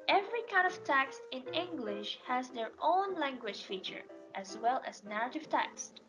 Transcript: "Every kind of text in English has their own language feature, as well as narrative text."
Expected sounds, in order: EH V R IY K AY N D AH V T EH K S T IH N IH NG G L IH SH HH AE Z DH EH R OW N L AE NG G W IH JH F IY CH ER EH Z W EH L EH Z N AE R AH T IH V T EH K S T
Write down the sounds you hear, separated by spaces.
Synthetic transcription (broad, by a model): EH V R IY K AY N D AH V T EH K S T IH N IH NG G L IH SH HH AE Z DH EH R OW N L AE NG G W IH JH F IY CH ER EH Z W EH L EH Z N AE R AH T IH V T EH K S T